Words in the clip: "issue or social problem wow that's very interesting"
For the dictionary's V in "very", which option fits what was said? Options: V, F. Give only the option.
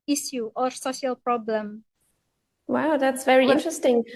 V